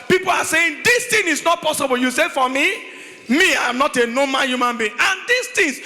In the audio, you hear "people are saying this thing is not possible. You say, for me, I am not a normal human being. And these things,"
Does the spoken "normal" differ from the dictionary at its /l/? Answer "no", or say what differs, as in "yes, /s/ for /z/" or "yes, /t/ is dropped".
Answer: yes, /n/ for /l/